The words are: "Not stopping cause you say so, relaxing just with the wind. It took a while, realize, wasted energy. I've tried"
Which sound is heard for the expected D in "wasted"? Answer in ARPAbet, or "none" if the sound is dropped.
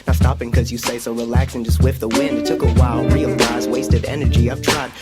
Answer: D